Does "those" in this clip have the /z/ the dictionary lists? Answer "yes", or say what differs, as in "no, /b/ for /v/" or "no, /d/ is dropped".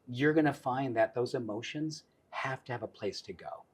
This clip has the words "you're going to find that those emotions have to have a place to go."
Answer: yes